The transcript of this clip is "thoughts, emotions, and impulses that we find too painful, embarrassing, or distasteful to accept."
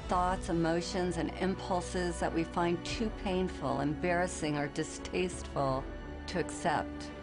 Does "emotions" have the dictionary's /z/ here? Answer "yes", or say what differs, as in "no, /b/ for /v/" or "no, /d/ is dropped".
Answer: yes